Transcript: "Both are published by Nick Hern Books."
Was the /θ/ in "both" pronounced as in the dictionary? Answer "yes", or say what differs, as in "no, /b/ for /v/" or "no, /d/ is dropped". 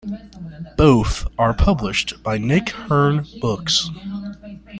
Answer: yes